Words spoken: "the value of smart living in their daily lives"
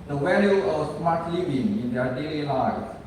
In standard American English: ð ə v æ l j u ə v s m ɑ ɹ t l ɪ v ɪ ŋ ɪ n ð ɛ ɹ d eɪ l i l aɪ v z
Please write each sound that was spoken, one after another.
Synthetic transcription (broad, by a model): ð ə w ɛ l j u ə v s m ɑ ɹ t l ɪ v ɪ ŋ ɪ n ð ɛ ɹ d eɪ l i l aɪ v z